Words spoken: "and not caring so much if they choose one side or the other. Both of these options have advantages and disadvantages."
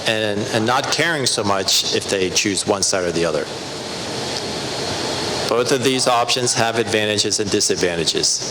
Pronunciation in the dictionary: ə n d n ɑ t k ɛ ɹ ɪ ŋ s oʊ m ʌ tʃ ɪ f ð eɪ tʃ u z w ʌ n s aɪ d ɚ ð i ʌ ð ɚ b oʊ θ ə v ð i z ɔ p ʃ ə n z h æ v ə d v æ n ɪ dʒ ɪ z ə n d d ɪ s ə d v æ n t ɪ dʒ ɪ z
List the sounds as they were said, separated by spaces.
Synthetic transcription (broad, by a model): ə n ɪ n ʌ t k ɛ ɹ ɪ ŋ s oʊ m ʌ tʃ ɪ f ð eɪ tʃ u z w ʌ n s aɪ d ɚ ð i ʌ ð ɚ b oʊ θ ə v ð i z ɔ p ʃ ə n z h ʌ v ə d v æ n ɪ dʒ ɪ z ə n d d ɪ s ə d v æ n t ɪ dʒ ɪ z